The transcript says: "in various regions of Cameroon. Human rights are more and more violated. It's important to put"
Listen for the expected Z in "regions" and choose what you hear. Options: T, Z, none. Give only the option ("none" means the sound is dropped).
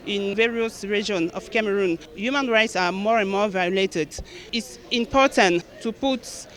none